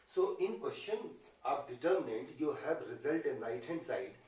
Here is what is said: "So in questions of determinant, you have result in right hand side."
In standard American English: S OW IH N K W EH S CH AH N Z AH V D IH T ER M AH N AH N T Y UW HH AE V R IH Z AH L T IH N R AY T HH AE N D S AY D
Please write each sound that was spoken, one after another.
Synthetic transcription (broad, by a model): S OW IH N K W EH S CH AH N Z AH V D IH T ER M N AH N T Y UW HH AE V R IH Z AH L T IH N L AY T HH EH N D S AY D